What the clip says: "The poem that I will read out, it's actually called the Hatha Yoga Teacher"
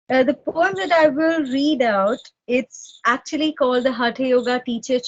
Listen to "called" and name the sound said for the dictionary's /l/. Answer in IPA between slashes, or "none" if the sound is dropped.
/l/